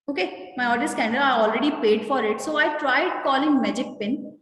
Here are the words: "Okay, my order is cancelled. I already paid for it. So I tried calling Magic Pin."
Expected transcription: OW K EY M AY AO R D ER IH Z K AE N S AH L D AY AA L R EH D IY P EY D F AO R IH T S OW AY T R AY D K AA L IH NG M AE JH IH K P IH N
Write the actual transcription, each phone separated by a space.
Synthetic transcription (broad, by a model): OW K EY M AY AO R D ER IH S K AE N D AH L AY AA L R EH D IY P EY D F AO R IH T S OW AY T R AY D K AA L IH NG M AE JH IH K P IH N